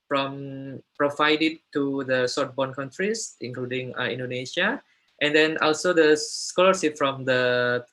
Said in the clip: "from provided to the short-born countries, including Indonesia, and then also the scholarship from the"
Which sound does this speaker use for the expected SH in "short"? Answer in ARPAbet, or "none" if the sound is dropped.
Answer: S